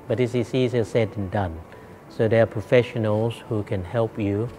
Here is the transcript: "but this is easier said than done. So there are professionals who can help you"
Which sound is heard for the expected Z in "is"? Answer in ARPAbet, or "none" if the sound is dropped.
S